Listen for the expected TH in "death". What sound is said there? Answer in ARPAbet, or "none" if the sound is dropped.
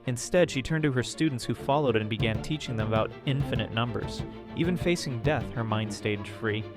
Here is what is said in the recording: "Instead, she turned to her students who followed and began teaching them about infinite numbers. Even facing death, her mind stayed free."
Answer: TH